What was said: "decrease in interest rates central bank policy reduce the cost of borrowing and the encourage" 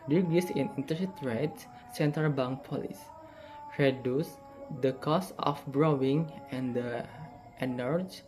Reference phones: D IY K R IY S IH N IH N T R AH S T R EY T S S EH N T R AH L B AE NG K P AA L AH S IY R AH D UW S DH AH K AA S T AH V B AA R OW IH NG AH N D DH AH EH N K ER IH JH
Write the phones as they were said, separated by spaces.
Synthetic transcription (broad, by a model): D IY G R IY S IH N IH N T AH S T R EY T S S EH N T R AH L B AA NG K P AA L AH S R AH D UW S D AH K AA S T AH F B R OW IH NG AH N D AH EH N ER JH